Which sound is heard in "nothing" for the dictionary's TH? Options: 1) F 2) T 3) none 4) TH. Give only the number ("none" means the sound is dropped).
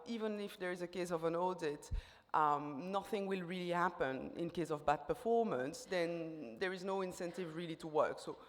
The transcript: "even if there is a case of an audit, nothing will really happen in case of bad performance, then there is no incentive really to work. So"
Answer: 4